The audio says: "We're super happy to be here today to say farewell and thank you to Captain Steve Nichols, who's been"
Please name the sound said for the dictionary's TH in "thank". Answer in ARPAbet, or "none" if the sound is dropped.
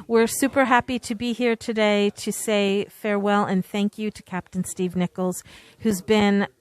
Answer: TH